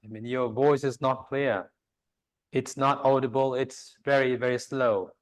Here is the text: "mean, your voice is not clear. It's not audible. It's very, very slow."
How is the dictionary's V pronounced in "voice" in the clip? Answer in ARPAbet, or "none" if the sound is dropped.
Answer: V